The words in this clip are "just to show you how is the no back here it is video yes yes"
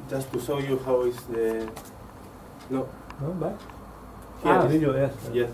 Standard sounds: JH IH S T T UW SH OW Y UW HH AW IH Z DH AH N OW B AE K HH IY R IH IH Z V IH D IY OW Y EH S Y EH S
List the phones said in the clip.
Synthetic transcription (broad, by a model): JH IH S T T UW S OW Y UW HH AW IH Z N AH N OW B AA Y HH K IH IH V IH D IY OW Y EH S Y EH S